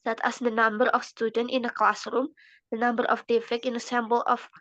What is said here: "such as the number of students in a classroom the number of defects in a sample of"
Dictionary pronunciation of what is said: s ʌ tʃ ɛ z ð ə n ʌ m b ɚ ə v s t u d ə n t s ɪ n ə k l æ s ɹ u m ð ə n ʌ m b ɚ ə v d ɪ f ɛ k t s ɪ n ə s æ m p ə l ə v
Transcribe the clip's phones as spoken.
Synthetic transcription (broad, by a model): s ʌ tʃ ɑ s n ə n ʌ m b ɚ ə f s t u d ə n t ɪ n ə k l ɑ s ɹ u m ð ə n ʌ m b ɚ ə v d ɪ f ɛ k ɪ n ə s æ m b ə l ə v